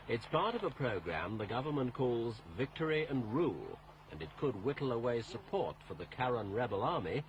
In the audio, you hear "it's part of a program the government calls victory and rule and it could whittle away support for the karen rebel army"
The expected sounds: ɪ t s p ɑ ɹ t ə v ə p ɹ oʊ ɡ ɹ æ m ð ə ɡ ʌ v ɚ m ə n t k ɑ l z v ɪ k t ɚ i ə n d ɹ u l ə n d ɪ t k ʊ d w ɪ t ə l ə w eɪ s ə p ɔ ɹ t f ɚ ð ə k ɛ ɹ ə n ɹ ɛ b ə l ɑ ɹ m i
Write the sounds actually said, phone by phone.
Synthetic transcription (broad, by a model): ɪ t s p ɑ ɹ t ə v ə p ɹ oʊ ɡ ɹ æ m ð ə ɡ ʌ v ɚ m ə n k ɑ l z v ɪ k t ɚ i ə n ɹ u l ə n ɪ t k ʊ d w ɪ t l ə w eɪ s ə p ɔ ɹ t f ɚ ð ə k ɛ ɹ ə n ɹ ɛ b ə l ɑ ɹ m i